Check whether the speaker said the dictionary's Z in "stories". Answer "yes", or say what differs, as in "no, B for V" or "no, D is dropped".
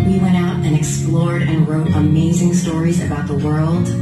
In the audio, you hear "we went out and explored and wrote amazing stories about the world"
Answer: yes